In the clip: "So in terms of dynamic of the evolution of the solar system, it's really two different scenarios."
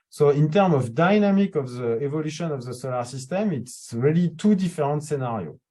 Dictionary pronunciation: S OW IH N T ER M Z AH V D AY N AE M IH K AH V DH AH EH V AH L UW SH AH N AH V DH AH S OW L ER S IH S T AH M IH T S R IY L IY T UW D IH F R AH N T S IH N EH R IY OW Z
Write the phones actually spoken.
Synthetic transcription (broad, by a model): S OW IH N T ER M AH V D AY N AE M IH K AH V DH AH EH V AH L UW SH AH N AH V DH AH S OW L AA S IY S T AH M IH T S R IY L IY T UW D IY F R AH N T S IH N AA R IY OW